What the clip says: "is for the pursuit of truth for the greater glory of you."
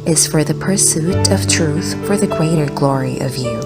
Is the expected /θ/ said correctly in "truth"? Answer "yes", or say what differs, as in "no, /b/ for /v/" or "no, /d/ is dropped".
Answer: yes